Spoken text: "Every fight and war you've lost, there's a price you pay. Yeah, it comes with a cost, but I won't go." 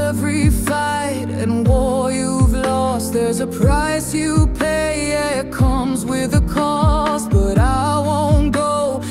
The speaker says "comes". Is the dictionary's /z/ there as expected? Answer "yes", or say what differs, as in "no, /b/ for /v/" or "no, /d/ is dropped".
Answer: yes